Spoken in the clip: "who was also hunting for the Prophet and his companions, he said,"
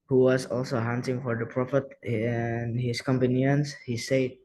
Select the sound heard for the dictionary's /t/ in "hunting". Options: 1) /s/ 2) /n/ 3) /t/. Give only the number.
1